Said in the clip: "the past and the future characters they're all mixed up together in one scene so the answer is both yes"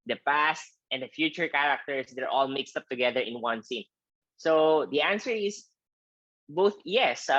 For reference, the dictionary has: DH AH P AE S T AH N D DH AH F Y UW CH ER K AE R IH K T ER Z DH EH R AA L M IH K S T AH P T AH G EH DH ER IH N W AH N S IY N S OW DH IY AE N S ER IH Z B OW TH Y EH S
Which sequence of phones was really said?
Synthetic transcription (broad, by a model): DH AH P AE S T AH N D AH F Y UW CH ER K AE R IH K T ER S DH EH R AA L M IH K S T AH P T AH G EH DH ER IH N W AH N S IY N S OW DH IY AE N S ER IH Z B OW TH Y EH S